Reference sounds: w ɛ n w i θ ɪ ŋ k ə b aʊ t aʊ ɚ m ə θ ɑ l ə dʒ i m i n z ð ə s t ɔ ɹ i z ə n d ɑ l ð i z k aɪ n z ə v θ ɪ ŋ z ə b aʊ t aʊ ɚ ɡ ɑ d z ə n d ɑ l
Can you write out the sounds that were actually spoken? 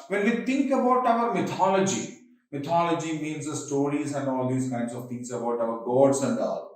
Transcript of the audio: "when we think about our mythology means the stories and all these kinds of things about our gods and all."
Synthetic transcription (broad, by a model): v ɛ n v i t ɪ ŋ k ə b aʊ t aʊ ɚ m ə t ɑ l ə dʒ i m i n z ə s t ɔ ɹ i z ə n d ɑ l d i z k aɪ n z ə v t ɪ ŋ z ə b aʊ t aʊ ɚ ɡ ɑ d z ə n d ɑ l